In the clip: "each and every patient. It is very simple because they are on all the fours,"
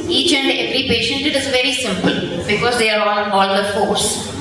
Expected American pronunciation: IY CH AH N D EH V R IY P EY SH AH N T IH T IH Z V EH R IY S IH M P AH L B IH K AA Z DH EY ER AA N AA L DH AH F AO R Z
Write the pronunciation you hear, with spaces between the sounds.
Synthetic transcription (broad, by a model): IY CH AH N D EH V R IY P EY SH AH N T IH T IH Z V EH R IY S IH M P AH L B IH K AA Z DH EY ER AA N AA L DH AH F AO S